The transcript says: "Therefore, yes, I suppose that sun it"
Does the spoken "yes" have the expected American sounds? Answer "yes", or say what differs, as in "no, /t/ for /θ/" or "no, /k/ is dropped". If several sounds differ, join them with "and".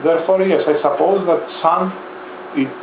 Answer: yes